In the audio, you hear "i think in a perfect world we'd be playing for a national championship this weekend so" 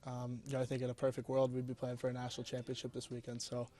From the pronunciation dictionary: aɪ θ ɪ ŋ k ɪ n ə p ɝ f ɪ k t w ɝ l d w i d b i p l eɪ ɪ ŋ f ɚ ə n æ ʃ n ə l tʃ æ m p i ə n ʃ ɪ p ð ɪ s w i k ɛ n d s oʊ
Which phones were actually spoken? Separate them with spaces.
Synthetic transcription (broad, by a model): aɪ θ ɪ ŋ k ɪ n ə p ɝ f ɪ k t w ɝ l d w i d b i p l eɪ ɪ ŋ f ɚ ə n æ ʃ n l tʃ æ m p i ə n ʃ ɪ p ð ɪ s w i k ɛ n d s oʊ